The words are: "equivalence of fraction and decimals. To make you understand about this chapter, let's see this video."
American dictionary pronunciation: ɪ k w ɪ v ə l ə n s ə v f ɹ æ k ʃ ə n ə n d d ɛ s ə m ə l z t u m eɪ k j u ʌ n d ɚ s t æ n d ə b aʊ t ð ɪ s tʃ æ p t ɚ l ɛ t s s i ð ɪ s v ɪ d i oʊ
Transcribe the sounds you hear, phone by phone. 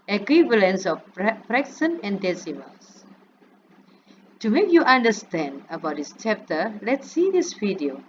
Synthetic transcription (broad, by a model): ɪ k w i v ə l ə n s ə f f ɹ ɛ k s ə n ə n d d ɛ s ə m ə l s t u m eɪ k j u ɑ n d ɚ s t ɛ n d ə b aʊ t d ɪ s tʃ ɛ p t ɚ l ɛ t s s i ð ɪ s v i d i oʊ